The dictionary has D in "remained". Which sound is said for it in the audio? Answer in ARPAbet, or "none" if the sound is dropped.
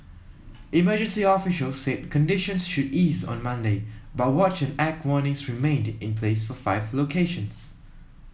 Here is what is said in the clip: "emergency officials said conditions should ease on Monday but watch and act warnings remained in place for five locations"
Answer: D